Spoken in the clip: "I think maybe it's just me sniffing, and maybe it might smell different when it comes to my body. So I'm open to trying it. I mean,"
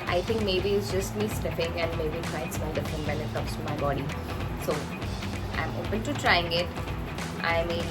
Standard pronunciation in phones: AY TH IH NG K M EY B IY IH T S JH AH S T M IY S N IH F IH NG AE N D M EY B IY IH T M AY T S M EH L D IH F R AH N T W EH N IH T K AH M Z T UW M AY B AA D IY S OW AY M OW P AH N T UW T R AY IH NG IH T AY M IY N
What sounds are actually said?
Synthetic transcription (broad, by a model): AY T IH NG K M EY B IY IH T S JH AH S T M IY S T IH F IH NG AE N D M EY B IY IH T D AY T S AH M D IH F R AH N T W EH N IH T K AH M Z T UW M AY B AA D IY S OW AY M OW P AH N T UW T R AY IH NG IH T AY M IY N